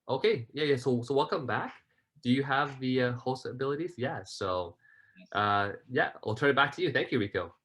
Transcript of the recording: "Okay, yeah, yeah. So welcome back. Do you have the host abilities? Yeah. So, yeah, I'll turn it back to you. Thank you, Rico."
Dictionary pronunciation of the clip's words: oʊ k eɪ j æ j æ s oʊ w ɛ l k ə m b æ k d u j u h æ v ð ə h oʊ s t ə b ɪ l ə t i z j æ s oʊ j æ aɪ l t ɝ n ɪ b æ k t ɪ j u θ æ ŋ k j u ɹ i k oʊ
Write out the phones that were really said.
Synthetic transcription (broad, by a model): oʊ k eɪ j æ j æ s oʊ w ɛ l k ə m b æ k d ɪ j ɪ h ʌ v ð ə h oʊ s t ə b ɪ l ə t i z j æ s oʊ j æ aɪ l t ɝ n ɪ b æ k t ɪ j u θ æ ŋ k j u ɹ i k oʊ